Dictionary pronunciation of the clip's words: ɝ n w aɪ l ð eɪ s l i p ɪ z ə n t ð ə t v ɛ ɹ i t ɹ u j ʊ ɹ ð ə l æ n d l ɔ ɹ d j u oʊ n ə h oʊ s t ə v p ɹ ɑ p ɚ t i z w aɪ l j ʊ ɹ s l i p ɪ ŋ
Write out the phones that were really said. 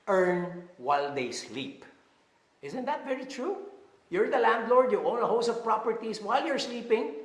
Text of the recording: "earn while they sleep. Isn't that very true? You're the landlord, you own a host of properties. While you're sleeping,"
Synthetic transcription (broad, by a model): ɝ n w aɪ l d eɪ s l i p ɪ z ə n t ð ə t v ɛ ɹ i t ɹ u j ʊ ɹ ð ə l æ n d l ɔ ɹ d j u oʊ n ə h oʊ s ə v p ɹ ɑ p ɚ t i s w aɪ l j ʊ ɹ s l i p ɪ ŋ